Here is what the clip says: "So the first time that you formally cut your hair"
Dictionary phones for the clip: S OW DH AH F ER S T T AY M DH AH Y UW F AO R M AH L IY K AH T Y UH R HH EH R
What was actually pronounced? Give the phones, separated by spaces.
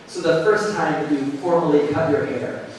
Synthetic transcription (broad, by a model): S OW DH AH F ER S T T AY M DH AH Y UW F AO R M AH L IY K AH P Y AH R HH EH R